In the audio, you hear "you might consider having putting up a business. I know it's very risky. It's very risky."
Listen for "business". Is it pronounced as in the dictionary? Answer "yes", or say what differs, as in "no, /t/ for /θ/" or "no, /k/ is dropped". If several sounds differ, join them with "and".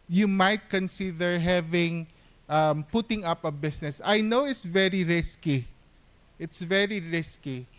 no, /s/ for /z/